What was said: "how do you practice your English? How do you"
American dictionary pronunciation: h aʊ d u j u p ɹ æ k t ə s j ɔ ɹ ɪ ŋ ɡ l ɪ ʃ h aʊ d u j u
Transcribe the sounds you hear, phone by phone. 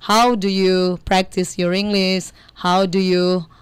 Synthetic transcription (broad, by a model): h aʊ d u j u p ɹ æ k t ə s j ɔ ɹ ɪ ŋ ɡ l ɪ s h aʊ d u j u